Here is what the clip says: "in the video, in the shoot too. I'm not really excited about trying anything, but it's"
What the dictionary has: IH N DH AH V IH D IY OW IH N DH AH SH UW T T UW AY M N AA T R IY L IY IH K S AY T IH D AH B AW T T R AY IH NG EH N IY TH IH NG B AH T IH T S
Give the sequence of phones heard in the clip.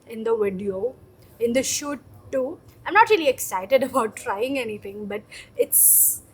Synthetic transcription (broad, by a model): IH N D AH V IH D IY OW IH N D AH SH UW T T UW AY M N AA T R IY L IY IH K S AY T IH D AH B AW T T R AY IH NG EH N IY T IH NG B AH T IH T S